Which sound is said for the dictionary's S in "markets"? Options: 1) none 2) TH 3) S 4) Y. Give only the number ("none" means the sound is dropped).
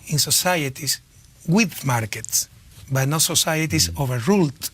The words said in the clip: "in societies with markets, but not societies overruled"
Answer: 3